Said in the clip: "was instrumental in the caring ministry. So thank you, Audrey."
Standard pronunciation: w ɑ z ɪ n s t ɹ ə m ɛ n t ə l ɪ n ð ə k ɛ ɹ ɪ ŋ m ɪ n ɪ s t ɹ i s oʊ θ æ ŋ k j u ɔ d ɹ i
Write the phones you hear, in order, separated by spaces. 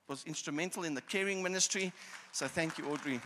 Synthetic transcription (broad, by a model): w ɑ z ɪ n s t ɹ ə m ɛ n t ə l ɪ n ð ə k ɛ ɹ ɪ ŋ m ɪ n ɪ s t ɹ i s oʊ θ æ ŋ k j u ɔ d ɹ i